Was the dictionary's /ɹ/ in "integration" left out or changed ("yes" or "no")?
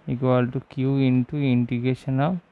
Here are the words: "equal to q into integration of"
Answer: yes